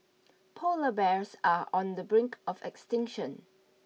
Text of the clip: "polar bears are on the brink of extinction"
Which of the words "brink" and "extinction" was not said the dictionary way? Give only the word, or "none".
none